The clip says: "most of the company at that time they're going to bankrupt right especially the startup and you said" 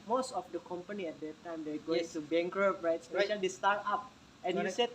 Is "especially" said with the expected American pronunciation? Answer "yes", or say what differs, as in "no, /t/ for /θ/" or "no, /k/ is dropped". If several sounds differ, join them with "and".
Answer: no, /l/ is dropped